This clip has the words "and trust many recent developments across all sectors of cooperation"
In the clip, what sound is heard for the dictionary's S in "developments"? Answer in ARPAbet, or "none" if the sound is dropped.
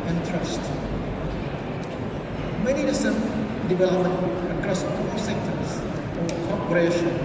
none